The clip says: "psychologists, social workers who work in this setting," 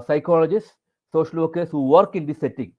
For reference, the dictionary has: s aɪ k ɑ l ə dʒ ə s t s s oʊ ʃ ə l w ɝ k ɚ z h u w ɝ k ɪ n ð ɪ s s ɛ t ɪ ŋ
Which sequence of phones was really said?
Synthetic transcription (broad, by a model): s aɪ k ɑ l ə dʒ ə s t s s oʊ ʃ ə l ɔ k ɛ s h u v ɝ k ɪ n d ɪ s s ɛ t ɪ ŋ